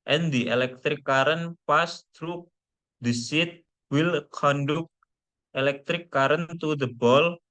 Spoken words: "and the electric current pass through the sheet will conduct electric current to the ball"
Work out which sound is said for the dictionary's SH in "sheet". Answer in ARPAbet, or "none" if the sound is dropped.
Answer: S